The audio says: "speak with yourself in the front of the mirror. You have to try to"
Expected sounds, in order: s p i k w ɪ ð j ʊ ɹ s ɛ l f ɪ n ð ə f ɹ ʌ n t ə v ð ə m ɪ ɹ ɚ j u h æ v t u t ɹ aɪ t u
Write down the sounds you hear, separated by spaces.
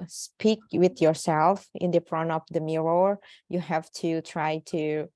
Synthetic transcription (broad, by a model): s p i k w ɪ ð j ʊ ɹ s ɛ l f ɪ n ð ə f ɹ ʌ n ə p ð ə m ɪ ɹ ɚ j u h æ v t u t ɹ aɪ t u